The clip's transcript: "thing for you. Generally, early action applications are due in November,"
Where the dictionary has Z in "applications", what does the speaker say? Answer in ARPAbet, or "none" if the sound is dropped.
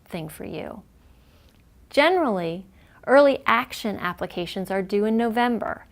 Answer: Z